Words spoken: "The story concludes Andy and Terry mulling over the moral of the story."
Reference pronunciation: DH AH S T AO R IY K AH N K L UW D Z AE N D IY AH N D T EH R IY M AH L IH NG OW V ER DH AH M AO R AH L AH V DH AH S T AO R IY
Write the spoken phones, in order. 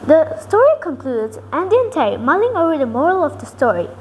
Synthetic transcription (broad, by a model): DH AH S T AO R IY K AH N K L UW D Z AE N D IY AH N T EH IY M AH L IH NG OW V ER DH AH M AO R AH L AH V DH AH S T AO R IY